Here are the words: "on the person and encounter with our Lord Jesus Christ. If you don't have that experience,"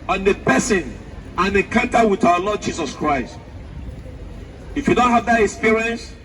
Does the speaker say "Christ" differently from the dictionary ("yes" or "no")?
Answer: no